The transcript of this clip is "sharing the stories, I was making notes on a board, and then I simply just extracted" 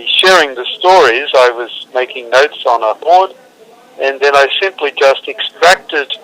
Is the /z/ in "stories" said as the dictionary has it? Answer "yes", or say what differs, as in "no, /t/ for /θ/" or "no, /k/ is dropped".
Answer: yes